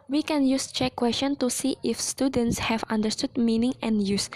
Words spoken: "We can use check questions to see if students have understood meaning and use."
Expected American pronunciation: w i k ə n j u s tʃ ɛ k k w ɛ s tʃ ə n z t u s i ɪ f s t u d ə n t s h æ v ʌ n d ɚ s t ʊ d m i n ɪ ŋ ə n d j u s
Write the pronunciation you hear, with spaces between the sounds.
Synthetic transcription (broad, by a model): w i k ə n j u s tʃ ɛ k k w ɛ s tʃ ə n t u s i ɪ f s t u d ə n t s h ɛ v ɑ n d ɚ s t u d m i n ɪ ŋ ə n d j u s